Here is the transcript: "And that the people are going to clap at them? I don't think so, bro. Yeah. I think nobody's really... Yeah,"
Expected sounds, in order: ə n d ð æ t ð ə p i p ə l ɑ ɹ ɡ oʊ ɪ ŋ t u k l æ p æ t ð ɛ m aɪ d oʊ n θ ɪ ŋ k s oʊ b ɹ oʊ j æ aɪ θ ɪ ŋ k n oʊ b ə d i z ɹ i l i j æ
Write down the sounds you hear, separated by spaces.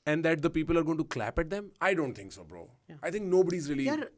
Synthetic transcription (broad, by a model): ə n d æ t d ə p i p ə l ɑ ɹ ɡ oʊ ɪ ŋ t u k l æ p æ t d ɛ m aɪ d oʊ n t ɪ ŋ k s oʊ b ɹ oʊ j aɪ t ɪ ŋ k n oʊ b ə d i z ɹ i i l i